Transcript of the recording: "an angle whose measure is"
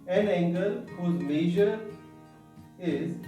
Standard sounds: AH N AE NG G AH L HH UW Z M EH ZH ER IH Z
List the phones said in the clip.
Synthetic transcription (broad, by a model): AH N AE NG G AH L HH UW Z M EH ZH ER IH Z